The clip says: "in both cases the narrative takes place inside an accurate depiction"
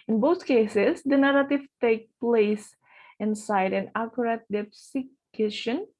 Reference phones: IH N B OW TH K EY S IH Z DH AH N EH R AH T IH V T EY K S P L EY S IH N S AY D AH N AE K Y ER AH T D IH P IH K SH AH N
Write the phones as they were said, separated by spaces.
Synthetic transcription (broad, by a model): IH N B OW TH K EY S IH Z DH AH N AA R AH T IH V T EY K P L EY S IH N S AY D AH N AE K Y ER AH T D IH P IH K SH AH N